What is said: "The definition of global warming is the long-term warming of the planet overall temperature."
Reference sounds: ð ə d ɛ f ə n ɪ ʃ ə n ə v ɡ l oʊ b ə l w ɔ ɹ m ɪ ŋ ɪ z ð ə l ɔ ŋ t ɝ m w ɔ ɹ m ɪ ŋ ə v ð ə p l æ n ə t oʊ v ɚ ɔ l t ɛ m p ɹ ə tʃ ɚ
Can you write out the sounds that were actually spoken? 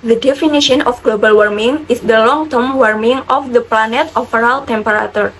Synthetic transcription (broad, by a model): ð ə d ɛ f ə n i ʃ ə n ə f ɡ l oʊ b ə l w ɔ ɹ m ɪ ŋ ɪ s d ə l ɔ ŋ t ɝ m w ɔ ɹ m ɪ ŋ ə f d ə p l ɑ n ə t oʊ f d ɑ l t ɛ m p ɹ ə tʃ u